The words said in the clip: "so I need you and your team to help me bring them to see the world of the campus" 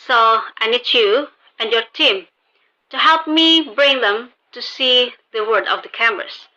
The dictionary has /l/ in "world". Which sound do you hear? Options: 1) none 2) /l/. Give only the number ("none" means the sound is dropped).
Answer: 1